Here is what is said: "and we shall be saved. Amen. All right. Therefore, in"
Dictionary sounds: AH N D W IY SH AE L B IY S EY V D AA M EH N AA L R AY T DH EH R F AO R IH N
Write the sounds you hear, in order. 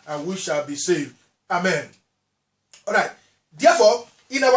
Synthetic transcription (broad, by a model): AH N W IY SH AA L B IY S EY V D AA M EH N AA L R AY T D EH F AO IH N